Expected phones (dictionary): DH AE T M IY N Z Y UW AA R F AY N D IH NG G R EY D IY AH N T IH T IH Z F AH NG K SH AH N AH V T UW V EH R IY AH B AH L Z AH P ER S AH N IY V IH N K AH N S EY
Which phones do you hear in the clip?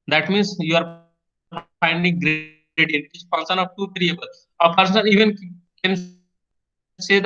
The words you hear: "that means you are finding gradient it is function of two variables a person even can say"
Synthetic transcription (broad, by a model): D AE T M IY N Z Y UW AA R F AY N D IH NG G R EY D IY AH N IH T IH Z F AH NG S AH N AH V T UW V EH R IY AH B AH L AH P ER S AH N IY V IH N K AH N S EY